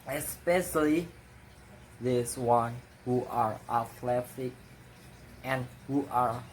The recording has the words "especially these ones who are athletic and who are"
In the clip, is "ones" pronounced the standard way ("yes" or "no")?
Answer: no